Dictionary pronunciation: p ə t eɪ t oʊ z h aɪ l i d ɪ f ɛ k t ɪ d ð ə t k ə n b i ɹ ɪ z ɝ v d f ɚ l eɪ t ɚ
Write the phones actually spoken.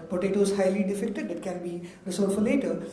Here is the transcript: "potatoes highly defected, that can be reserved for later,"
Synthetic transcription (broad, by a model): p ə t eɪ t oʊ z h aɪ l i d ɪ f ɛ k t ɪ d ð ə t k ə n b i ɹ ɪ s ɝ d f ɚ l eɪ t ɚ